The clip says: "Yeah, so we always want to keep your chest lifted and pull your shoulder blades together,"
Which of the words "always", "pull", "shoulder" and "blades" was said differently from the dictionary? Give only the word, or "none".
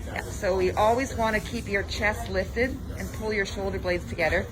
none